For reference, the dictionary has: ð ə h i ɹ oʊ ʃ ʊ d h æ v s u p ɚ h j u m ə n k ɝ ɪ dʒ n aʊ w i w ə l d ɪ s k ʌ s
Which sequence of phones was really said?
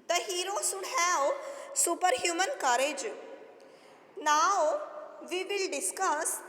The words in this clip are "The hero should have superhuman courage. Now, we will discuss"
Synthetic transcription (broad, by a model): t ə h i ɹ oʊ s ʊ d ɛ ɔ s u p ɚ h j u m ə n k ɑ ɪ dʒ n aʊ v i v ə l d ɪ s k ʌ s